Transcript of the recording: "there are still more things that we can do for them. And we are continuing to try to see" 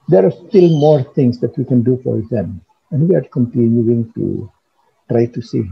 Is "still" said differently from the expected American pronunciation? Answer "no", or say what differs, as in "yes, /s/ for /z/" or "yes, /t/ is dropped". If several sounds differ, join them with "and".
no